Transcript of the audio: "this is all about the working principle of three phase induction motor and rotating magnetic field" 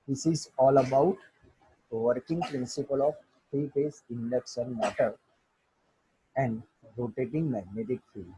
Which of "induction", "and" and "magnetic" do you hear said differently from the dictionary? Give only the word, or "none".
induction